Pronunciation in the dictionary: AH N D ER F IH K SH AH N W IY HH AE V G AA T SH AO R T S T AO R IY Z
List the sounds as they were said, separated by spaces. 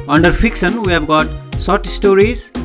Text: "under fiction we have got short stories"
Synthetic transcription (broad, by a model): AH N D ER F IH K SH AH N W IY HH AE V G AA T S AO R T S T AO R IY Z